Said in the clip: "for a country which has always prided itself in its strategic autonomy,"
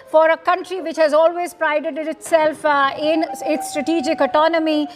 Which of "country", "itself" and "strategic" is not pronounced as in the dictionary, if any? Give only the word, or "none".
none